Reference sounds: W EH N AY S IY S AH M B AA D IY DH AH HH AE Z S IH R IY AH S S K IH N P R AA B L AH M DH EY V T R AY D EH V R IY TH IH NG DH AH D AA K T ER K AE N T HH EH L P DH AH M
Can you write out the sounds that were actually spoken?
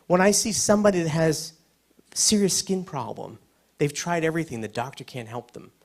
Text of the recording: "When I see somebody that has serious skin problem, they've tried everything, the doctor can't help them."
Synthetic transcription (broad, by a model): W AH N AY S IY S AH M B AA D IY DH AH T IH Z S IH R IY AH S S K IH N P R AA B L AH M DH EY V T R AY D EH V R IY TH IH NG DH AH D AA K T ER K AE N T HH EH L P DH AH M